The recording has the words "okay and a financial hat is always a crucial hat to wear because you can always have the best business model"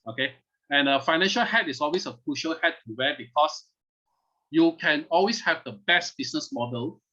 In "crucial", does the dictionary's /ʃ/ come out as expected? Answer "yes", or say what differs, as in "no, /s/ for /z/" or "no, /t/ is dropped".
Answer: yes